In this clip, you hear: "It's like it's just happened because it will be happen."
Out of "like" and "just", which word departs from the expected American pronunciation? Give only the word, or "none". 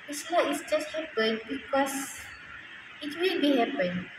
like